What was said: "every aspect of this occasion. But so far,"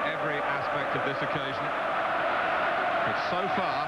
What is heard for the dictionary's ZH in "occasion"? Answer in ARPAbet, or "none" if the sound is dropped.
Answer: ZH